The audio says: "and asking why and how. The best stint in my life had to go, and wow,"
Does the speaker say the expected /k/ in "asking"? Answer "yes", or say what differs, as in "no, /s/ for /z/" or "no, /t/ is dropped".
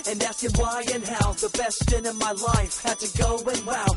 no, /k/ is dropped